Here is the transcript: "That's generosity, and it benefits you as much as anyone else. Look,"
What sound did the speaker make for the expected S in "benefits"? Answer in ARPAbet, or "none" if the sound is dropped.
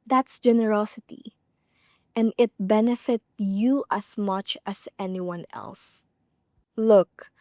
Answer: none